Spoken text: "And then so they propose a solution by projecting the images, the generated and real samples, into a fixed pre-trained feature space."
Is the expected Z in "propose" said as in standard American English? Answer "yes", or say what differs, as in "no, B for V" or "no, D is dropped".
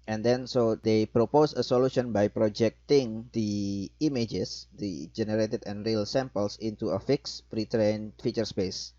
no, S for Z